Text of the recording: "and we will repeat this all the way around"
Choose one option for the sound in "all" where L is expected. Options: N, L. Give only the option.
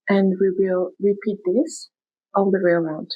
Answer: N